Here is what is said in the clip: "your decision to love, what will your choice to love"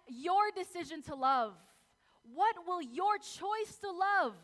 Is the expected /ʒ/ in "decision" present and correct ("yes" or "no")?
yes